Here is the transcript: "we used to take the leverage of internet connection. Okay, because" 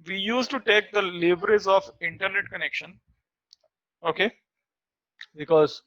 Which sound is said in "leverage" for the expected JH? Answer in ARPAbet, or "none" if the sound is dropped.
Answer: Z